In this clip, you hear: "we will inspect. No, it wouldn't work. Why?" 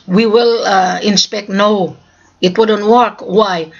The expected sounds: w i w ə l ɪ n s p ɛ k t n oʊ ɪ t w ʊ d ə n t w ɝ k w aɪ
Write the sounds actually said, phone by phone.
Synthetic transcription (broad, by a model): w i w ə l ɪ n s p ɛ k t n oʊ ɪ t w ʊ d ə n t w ɝ k w aɪ